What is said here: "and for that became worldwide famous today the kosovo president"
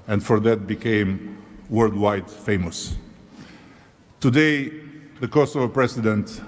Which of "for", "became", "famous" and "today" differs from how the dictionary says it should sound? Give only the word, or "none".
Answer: none